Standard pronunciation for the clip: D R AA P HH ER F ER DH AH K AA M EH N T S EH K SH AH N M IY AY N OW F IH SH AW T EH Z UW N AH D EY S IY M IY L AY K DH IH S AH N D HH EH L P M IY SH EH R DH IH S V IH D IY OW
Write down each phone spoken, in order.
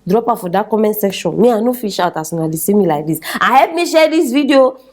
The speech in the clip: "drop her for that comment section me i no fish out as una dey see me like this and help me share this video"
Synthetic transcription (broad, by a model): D R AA P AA F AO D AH K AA M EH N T S EH K SH AH N M IY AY N OW F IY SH AW T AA S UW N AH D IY S IY M IY L AY K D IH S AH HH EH P M IY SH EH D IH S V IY D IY OW